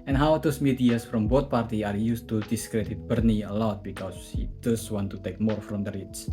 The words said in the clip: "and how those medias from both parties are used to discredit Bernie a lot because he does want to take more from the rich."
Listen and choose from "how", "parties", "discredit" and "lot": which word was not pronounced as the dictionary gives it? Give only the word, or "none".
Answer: parties